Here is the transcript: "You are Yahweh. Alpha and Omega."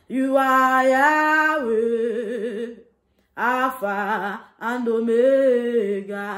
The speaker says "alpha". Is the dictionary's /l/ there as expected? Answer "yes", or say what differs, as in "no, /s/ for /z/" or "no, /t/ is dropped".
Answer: no, /l/ is dropped